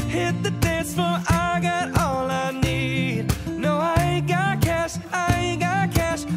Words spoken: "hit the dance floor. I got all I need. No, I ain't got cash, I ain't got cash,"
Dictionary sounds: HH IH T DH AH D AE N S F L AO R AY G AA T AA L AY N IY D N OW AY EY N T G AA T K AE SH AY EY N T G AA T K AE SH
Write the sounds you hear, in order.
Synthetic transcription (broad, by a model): HH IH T DH AH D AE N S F AH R AY G AA T AA L AY N IY D N OW AY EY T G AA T K AE SH AY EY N G AA T K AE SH